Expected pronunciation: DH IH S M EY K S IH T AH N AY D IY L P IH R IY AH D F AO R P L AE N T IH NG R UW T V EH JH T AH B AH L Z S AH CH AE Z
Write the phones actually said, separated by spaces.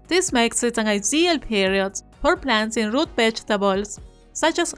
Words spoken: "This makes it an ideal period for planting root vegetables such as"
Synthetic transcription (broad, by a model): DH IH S M EY K S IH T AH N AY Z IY L P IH R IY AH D F AO R P L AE N S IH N R UW T B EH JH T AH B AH L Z S AH CH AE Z